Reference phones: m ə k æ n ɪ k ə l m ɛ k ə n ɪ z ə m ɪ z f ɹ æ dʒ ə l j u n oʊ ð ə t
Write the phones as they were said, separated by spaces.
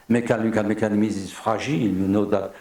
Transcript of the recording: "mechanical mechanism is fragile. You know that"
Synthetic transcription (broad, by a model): m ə k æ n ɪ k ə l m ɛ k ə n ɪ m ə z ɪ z f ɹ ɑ ʒ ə l j u n oʊ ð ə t